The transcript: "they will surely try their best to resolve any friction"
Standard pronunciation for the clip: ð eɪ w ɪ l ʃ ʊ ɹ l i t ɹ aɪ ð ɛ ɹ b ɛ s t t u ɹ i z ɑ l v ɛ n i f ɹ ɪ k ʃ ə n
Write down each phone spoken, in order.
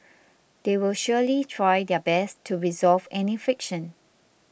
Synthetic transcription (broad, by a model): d eɪ w ɪ l ʃ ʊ l i t ɹ aɪ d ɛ b ɛ s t t u ɹ i z ɑ l v ɛ n i f ɹ ɪ k ʃ ə n